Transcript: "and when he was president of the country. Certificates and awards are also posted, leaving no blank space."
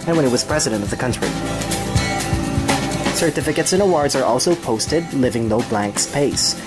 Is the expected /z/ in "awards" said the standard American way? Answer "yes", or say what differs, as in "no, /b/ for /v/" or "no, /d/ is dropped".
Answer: yes